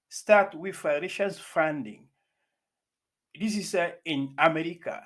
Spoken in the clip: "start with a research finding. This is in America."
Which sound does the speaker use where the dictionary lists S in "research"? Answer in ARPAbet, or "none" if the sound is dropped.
SH